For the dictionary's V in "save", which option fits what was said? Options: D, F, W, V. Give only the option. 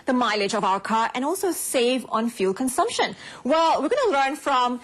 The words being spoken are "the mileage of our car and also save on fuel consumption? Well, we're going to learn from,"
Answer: V